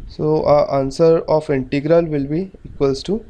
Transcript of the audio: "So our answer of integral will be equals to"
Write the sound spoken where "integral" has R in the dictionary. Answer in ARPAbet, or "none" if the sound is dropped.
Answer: R